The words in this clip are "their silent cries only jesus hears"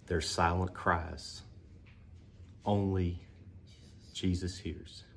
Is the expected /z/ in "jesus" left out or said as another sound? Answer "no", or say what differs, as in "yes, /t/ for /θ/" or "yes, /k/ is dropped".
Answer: no